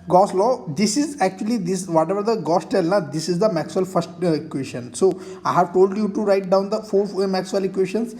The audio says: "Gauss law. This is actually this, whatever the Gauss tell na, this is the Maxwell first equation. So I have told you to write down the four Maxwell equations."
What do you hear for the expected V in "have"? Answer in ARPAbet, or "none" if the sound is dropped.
V